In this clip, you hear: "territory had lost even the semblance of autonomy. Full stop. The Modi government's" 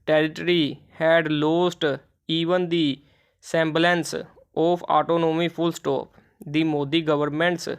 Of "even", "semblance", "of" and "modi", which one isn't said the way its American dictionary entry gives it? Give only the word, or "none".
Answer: of